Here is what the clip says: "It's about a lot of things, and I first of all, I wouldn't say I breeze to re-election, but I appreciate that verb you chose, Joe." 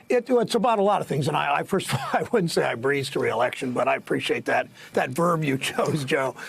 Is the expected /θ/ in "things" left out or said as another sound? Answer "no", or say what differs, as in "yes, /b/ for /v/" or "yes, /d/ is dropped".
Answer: no